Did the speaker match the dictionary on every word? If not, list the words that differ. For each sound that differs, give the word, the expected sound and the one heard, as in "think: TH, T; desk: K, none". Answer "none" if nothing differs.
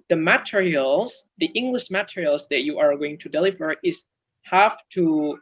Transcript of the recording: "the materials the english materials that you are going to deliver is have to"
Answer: have: V, F